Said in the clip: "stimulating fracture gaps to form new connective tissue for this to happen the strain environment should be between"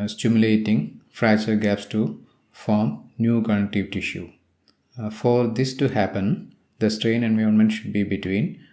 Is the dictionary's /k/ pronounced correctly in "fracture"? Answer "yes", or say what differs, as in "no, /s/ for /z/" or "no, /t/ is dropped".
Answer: no, /k/ is dropped